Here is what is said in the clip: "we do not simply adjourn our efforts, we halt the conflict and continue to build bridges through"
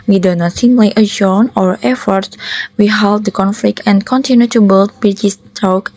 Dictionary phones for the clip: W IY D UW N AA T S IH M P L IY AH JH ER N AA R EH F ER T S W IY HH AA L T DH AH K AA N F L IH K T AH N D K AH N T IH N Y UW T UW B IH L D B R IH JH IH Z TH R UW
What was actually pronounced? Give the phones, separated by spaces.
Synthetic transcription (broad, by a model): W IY D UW N AA T S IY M L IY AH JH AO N AA R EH F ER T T W IY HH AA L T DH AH K AA N F L IH K T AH N K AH N T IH N Y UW T UW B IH L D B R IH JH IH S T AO